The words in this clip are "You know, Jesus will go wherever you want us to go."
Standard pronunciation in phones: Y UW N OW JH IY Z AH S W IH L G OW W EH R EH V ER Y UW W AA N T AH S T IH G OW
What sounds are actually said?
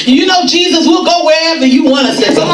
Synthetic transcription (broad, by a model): Y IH N OW JH IY Z AH S W IH L G OW W EH R EH V ER Y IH W AA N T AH S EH IH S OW